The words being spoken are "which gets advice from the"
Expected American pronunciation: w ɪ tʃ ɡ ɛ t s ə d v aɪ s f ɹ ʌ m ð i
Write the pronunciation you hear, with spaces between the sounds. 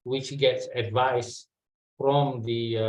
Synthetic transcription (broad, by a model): w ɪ tʃ ɡ ɛ t s ə d v aɪ s f ɹ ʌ m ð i